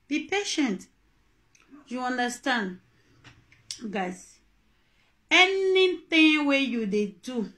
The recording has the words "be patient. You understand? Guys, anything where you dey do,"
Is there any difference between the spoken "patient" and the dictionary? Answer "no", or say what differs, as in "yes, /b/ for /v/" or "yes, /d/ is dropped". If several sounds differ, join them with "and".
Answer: no